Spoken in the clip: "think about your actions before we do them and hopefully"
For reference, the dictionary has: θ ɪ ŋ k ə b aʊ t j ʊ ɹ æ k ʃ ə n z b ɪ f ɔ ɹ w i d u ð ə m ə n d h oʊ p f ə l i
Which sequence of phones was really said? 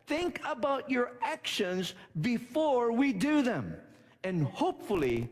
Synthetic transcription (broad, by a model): θ ɪ ŋ k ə b aʊ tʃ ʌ ɹ æ k ʃ ə n z b ɪ f ɔ ɹ w i d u ð ə m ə n h oʊ p f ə l i